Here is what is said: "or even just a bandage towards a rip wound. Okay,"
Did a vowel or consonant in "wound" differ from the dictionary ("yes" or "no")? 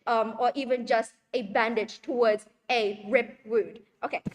yes